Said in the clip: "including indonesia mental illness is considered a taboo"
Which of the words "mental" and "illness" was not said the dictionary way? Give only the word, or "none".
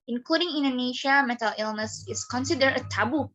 mental